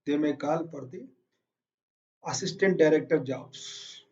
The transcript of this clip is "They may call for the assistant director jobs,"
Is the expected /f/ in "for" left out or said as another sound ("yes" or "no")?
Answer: yes